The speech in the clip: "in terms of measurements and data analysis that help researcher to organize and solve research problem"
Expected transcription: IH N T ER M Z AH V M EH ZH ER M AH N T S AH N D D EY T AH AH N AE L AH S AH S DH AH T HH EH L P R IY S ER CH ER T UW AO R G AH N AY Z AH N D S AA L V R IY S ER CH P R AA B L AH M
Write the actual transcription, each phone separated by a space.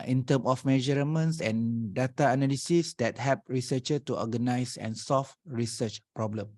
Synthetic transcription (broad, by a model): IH N T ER M AH F M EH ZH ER M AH N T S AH N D D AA T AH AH N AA L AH S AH S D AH T HH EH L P R IY S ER CH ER T UW AO G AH N AY S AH N S AA L F R IY S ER CH P R AA B L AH M